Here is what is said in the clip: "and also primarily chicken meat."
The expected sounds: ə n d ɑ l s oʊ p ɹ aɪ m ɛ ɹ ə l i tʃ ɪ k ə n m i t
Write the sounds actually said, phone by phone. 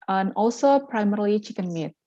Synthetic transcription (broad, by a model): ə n ɑ l s oʊ p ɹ aɪ m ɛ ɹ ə l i tʃ ɪ k ə n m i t